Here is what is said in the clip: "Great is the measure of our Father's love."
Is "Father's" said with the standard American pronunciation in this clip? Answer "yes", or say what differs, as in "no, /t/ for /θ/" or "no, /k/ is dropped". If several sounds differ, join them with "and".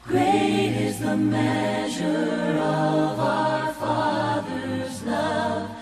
yes